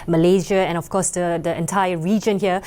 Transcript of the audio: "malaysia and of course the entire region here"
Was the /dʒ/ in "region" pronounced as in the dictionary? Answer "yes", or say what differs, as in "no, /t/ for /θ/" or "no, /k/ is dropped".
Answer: yes